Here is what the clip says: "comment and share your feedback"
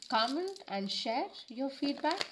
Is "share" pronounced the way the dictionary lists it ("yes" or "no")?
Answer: yes